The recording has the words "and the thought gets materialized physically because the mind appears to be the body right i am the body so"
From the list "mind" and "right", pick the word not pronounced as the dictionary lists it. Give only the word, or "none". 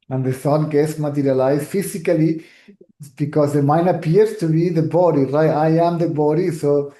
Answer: mind